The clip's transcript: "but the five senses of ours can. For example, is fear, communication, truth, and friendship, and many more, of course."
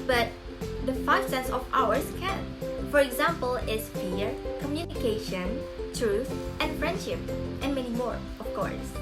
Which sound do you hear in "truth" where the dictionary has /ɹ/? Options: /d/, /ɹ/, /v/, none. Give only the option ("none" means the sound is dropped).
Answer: /ɹ/